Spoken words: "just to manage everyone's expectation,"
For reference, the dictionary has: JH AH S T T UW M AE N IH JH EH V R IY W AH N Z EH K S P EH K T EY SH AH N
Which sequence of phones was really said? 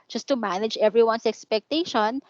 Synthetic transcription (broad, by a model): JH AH S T T UW M AE N IH JH EH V R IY W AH N S EH K S P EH K T EY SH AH N